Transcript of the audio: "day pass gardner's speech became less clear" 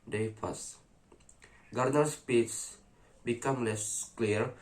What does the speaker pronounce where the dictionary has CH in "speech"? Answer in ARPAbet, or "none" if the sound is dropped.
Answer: S